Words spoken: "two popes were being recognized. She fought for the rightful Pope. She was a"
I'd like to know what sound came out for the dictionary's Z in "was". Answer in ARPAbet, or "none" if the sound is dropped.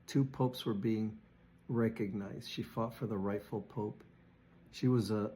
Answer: Z